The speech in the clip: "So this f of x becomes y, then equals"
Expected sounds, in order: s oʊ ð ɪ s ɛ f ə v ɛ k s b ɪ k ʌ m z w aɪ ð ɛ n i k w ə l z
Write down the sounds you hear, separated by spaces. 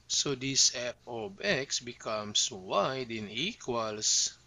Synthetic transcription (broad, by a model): s oʊ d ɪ s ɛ p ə b ɛ k s b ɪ k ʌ m s w aɪ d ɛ n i k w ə l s